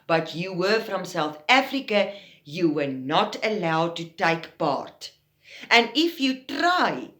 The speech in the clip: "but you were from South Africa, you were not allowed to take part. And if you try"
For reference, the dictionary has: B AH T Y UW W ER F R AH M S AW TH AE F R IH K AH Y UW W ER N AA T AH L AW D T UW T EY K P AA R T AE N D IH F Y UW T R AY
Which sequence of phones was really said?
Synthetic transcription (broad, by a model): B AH T Y UW W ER F R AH M S AW TH AE F R IH K AH Y UW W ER N AA T AH L AW D T UW T EY K P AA R T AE N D IH F Y UW T R AY